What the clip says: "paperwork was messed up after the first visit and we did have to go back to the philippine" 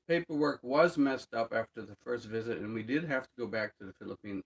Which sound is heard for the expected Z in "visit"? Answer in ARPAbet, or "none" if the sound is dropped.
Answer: Z